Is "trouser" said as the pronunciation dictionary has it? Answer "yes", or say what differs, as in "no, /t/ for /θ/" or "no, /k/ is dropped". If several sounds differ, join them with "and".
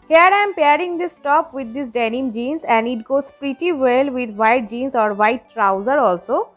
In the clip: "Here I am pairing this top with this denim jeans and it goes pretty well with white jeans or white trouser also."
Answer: yes